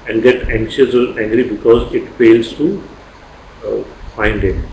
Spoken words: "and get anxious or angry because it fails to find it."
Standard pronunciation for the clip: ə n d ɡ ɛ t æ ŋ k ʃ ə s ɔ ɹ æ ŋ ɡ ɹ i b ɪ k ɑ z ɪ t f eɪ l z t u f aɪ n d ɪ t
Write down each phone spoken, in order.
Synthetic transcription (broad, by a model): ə n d ɡ ɛ t æ ŋ k ʃ ə s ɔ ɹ æ ŋ ɡ ɹ i b ɪ k ɑ z ɪ t f eɪ l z t u f aɪ n d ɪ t